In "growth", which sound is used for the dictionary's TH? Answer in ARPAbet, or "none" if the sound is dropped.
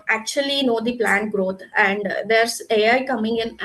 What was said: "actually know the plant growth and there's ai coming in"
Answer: T